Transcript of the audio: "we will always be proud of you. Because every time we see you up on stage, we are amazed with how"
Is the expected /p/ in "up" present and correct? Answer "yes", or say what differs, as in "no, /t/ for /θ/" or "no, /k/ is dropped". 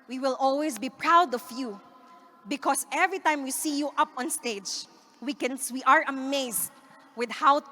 yes